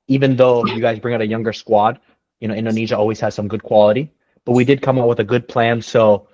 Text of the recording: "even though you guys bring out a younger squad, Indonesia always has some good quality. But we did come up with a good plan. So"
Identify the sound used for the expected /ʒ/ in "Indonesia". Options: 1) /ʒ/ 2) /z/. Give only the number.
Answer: 1